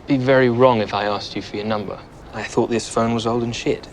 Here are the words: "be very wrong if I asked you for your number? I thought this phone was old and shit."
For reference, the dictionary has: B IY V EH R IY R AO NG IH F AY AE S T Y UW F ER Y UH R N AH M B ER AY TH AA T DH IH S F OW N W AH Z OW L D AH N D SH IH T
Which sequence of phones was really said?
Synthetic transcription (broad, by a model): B IY V EH R IY R AO NG IH F AY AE S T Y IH F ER Y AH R N AH M B ER AY TH AA T DH IH S F OW N W AH Z OW L D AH N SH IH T